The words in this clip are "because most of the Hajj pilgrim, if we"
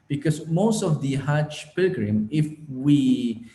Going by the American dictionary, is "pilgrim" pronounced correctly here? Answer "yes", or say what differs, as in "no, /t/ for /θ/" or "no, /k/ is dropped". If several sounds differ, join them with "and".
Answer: yes